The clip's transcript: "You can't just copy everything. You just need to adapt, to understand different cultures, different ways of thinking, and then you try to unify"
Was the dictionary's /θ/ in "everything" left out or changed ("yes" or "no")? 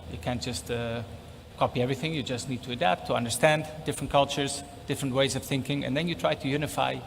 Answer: no